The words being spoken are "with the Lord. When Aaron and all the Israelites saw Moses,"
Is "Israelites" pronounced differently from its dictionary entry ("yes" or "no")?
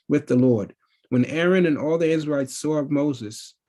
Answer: yes